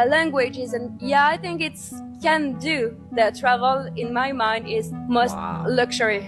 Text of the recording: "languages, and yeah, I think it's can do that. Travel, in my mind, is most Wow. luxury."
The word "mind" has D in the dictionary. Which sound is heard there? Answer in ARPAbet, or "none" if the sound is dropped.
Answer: D